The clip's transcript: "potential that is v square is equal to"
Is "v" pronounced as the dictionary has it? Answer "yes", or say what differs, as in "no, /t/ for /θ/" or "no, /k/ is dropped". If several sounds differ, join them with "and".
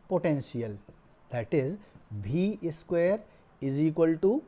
no, /b/ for /v/